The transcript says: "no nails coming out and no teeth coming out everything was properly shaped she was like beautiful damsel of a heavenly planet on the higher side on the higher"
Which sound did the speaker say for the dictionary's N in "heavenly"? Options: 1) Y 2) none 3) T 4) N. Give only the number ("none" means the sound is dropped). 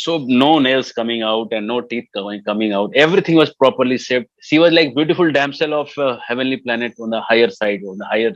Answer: 4